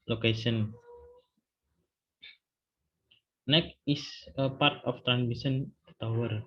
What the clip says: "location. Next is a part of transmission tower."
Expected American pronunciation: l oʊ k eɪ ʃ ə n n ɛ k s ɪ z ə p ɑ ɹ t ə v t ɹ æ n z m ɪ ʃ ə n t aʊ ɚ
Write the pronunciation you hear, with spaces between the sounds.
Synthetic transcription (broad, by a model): l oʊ k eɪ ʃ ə n n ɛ k ɪ s ə p ɑ ɹ t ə f t ɹ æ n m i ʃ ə n t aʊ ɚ